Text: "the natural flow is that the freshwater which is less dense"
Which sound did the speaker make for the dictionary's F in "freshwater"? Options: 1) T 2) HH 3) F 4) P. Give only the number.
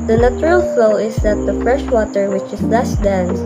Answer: 3